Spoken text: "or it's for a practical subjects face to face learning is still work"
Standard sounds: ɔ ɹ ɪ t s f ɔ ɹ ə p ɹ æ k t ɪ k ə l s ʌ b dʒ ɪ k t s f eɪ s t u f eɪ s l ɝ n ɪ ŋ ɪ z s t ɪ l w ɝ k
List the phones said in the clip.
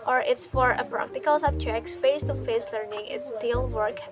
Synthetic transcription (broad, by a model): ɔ ɹ ɪ t s f ɔ ɹ ə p ɹ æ k t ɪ k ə l s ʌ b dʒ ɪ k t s f eɪ s t u f eɪ s l ɝ n ɪ ŋ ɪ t s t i l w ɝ k